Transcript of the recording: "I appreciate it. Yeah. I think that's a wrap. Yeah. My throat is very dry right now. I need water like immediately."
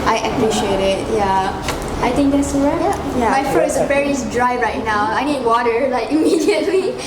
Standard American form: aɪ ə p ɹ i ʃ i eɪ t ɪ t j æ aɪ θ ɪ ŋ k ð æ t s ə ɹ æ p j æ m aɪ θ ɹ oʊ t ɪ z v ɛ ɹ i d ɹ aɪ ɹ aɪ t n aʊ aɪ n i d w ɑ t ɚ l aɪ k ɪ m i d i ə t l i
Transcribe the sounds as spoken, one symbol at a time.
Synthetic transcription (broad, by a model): aɪ ə p ɹ i ʃ i eɪ t ɪ t j æ aɪ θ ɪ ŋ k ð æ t s ə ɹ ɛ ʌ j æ m aɪ f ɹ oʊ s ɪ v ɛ ɹ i d ɹ aɪ ɹ aɪ t n aʊ aɪ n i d w ɑ t ɚ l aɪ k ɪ m i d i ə t l i